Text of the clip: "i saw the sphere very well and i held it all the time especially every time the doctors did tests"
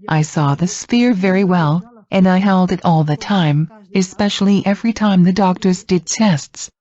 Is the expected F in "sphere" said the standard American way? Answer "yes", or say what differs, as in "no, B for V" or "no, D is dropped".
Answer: yes